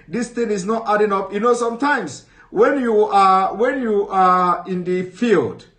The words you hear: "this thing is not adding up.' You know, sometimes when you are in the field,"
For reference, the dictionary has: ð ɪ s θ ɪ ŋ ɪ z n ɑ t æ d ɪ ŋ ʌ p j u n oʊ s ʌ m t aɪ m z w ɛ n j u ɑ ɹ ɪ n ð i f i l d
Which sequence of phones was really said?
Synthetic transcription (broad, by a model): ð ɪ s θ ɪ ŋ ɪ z n ɑ t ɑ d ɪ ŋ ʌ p j u n oʊ s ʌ m t aɪ m s w ɛ n j u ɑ w ɪ n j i f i l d